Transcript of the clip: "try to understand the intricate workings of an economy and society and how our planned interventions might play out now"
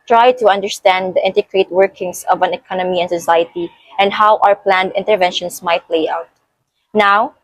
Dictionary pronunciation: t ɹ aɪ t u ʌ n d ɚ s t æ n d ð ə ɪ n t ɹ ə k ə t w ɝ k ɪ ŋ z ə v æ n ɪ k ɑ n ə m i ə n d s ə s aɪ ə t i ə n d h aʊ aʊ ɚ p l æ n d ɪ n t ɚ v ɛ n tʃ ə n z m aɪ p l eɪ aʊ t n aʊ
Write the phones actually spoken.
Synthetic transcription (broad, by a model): t ɹ aɪ t u ʌ n d ɚ s t æ n d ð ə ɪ n t ə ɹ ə t w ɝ k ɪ ŋ s ə v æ n ɪ k ɑ n ə m i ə n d s ə s aɪ ə t i ə n d h aʊ aʊ ɚ p l æ n d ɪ n t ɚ v ɛ n ʃ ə n s m aɪ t l eɪ aʊ t n aʊ